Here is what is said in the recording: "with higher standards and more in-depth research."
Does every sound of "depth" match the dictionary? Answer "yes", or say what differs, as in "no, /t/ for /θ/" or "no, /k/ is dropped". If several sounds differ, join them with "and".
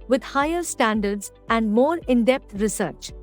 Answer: no, /t/ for /θ/